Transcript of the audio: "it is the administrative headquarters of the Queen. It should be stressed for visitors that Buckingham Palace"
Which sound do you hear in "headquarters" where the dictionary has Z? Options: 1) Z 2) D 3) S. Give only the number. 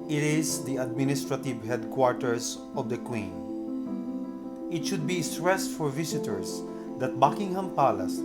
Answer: 3